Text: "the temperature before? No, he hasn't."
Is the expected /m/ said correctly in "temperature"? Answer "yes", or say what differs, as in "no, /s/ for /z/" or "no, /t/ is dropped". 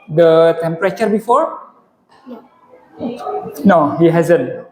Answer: yes